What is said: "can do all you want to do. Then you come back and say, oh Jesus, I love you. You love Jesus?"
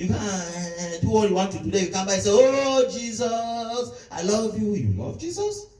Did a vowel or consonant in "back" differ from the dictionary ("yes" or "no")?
yes